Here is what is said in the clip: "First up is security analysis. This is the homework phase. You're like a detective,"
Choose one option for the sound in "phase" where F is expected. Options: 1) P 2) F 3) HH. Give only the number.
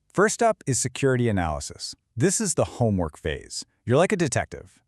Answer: 2